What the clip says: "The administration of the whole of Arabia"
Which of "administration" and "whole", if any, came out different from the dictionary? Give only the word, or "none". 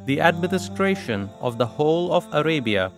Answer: none